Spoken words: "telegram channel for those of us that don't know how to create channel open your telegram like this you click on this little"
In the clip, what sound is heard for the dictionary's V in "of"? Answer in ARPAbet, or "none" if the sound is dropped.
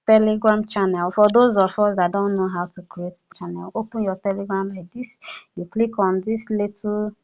F